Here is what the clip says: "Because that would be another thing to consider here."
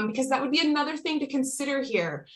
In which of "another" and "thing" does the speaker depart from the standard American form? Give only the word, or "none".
none